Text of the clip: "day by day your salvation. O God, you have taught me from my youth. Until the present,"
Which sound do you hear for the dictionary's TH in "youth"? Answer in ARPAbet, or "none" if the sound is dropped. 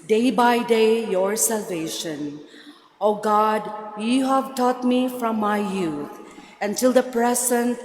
T